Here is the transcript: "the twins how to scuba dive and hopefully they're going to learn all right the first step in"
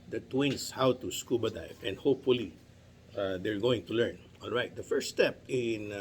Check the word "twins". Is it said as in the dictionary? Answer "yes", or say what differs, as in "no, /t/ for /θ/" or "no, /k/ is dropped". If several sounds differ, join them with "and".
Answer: no, /s/ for /z/